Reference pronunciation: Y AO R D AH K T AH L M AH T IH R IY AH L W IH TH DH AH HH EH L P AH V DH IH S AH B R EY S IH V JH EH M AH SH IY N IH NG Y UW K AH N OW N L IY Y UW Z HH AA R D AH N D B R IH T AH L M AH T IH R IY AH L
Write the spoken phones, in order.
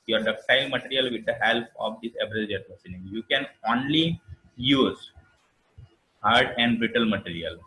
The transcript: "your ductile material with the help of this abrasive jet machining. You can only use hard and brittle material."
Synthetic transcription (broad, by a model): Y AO R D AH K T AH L M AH T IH R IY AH L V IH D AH HH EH L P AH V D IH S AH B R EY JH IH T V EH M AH S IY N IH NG Y UW K AH N OW N L IY Y UW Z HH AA R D AH N D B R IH T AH L M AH T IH R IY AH L